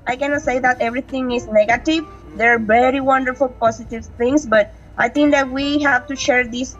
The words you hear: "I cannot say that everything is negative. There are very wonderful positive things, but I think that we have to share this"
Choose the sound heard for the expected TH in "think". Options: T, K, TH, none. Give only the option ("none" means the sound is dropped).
T